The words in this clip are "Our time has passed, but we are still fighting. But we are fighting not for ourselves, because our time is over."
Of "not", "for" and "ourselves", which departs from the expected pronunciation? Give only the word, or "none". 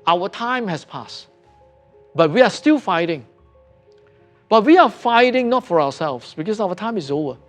ourselves